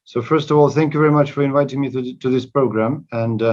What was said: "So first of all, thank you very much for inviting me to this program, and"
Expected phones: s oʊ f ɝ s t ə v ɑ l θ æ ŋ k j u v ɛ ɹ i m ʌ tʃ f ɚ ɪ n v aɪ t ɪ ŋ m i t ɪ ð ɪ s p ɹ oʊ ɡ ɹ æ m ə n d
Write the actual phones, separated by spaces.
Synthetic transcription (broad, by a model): s oʊ f ɝ s t ə v ɑ l θ æ ŋ k j u v ɛ ɹ i m ʌ tʃ f ɚ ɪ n v aɪ t ɪ ŋ m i t ɪ ð ɪ s p ɹ oʊ ɡ ɹ æ m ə n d